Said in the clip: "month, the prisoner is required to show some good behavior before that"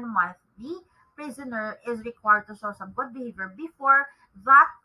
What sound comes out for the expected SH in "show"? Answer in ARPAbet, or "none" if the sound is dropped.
S